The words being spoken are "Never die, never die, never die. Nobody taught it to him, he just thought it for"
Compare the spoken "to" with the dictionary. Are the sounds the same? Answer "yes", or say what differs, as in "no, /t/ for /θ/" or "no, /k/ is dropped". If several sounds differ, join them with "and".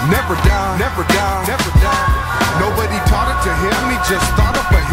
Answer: yes